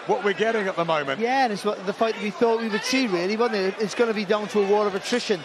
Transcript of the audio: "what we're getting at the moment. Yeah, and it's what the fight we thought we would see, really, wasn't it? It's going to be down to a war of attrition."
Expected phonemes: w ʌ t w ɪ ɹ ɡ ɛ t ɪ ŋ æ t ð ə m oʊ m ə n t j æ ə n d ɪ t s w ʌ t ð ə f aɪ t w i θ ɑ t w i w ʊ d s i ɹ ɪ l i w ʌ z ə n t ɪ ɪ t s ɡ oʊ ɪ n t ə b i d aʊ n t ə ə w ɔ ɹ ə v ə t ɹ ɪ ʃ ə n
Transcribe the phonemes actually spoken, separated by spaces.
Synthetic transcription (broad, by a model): w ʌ t w ɪ ɹ ɡ ɛ t ɪ ŋ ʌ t ð ə m oʊ m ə n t j æ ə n ɪ t s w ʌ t ð ə f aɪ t w i θ ɑ t w i w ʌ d s i ɹ ɪ l i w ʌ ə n ɪ ɪ t s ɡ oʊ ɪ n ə b i d aʊ n t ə ə w ɔ ɹ ə v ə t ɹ ɪ ʃ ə n